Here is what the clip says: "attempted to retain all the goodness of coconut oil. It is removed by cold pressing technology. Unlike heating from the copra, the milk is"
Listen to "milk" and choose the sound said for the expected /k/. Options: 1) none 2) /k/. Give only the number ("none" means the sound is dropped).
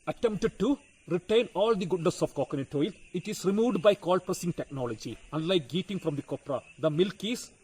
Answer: 2